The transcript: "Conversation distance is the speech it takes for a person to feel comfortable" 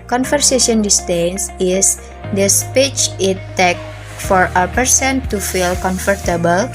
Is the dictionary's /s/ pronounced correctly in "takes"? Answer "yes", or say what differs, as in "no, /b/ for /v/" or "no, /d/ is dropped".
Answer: no, /s/ is dropped